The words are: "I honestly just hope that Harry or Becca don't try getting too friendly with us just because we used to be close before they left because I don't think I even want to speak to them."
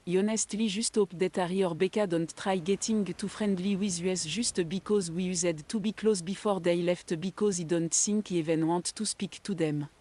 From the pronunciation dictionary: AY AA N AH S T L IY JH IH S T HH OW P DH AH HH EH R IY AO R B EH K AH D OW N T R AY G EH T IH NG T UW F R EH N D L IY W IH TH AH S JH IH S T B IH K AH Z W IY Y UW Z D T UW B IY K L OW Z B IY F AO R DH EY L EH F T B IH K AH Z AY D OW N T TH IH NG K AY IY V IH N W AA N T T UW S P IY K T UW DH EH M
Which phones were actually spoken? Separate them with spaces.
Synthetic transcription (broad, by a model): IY AA N AH S T L IY ZH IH S T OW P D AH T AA R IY AO R B EH K AH D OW N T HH AY G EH T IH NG T UW F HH EH N D L IY W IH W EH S ZH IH S T B IH K AH Z W IY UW Z D T UW B IY K L OW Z B IY F AO R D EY L EH F T B IH K AH Z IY D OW N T S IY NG K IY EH V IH N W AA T T UW S P IY K T UW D EH M